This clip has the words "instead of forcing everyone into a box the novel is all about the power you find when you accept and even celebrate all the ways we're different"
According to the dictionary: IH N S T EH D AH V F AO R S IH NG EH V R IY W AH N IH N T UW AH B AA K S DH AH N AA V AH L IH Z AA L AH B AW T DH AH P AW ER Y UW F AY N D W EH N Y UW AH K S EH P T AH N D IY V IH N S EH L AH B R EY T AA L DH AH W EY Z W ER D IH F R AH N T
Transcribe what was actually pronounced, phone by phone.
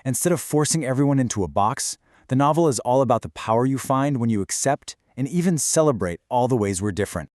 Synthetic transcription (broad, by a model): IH N S T EH D AH V F AO R S IH NG EH V R IY W AH N IH N T UW AH B AA K S DH AH N AA V L IH Z AA L AH B AW T DH AH P AW ER Y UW F AY N D W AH N Y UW AH K S EH P T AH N IY V IH N S EH L AH B R EY T AA L DH AH W EY Z W ER D IH F R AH N T